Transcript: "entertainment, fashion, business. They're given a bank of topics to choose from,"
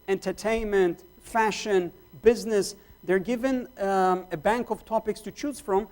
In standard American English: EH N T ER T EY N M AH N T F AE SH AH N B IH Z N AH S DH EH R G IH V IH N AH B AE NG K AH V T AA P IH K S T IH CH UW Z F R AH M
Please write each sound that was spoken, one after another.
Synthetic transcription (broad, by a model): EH N T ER T EY N M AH N T F AE SH AH N B IH Z N AH S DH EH R G IH V IH N AH B AE NG K AH V T AA P IH K S T IH CH UW Z F R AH M